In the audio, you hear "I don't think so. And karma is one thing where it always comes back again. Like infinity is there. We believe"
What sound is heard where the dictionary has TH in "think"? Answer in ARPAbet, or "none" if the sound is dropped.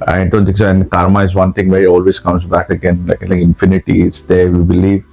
T